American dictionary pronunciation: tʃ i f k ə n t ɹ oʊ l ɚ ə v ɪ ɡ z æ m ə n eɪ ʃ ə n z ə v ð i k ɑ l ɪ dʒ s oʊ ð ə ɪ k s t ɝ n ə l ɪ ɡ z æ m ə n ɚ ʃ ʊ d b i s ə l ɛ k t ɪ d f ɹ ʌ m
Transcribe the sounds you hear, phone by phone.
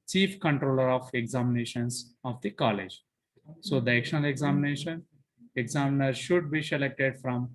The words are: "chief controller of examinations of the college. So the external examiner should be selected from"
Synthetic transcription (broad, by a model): tʃ i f k ə n t ɹ oʊ l ɚ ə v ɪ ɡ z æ m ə n eɪ ʃ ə n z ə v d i k ɑ l ɪ dʒ s oʊ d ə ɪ k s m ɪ n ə n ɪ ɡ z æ m n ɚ ʃ ʊ d b i s ə l ɛ k t ɪ d f ɹ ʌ m